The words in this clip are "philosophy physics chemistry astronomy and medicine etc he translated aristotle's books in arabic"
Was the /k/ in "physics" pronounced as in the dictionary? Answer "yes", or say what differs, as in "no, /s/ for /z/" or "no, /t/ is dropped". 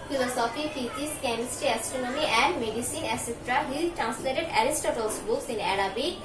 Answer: no, /k/ is dropped